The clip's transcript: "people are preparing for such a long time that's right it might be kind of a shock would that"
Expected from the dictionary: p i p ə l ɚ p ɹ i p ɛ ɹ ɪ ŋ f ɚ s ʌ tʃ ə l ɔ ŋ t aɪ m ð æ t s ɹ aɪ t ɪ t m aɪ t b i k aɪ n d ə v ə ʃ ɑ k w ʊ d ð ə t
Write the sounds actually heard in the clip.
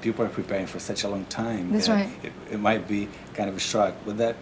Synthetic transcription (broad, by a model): p i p l ɚ p ɹ i p ɛ ɹ ɪ ŋ f ɚ s ʌ tʃ ə l ɔ ŋ t aɪ m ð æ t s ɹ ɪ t ɪ t m aɪ t b i k aɪ n d ə v ə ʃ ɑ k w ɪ ð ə t